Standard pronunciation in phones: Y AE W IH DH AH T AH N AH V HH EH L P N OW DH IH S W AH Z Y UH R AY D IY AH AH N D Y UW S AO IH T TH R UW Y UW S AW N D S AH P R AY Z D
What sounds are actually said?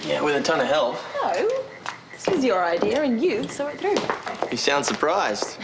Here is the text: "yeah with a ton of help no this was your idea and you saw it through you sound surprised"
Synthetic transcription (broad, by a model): Y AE W IH DH AH T AH N AH V HH EH L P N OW DH IH S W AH Z Y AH R AY D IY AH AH N Y UW S AO IH T TH R UW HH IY S AW N D S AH P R AY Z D